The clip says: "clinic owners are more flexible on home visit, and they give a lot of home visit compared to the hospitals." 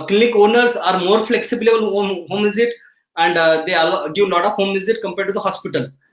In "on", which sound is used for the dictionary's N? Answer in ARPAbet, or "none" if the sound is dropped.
L